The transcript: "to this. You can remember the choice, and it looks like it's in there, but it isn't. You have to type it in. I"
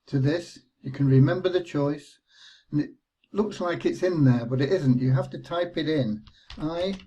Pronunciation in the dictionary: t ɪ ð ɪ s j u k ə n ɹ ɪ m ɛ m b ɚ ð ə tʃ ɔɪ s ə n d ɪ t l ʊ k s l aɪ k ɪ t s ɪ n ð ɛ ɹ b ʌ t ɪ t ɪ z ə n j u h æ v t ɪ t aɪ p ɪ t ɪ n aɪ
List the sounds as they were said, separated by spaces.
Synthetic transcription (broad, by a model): t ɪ ð ɪ s j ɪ k ə n ɹ ɪ m ɛ m b ɚ ð ə tʃ ɔɪ s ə n ɪ t l ʊ k s l aɪ k ɪ t s ɪ n ð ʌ ɹ b ʌ t ɪ t ɪ z ə n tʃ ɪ h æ f t ɪ t aɪ p ɪ t ɪ n aɪ